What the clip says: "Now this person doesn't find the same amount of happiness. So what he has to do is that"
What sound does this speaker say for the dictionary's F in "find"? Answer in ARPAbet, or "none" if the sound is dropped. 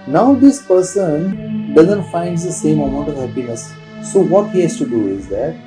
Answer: F